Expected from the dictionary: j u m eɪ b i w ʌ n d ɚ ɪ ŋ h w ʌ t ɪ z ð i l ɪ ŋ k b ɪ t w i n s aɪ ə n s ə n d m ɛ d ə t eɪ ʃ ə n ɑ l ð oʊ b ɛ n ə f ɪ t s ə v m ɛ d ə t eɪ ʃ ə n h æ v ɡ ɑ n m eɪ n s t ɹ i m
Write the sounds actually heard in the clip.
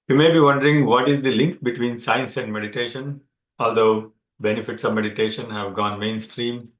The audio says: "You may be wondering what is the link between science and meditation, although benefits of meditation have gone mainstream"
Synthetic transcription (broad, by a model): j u m eɪ b i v ʌ n d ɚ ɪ ŋ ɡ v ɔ t ɪ z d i l ɪ ŋ k b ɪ t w i n s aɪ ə n s ə n d m ɛ d ə t eɪ ʃ ə n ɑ l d oʊ b ɛ n ə f ɪ t s ə v m ɛ d ə t eɪ ʃ ə n h æ v ɡ ɑ n m eɪ n s t ɹ i m